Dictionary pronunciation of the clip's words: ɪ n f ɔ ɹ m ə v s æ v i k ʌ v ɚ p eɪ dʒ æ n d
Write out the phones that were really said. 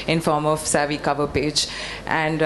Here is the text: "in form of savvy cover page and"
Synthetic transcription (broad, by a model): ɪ n f ɔ ɹ m ə v s æ v i k ʌ v ɚ p eɪ dʒ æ n d